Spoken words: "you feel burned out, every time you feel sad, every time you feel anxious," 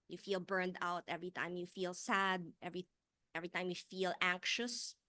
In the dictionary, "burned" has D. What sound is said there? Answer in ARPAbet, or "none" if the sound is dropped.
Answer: D